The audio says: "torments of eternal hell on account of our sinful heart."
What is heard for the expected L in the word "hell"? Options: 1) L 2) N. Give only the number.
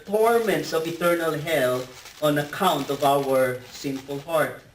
1